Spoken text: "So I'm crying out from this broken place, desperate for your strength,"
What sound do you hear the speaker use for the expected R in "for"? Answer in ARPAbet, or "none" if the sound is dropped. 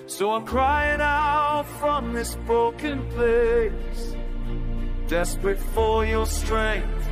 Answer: L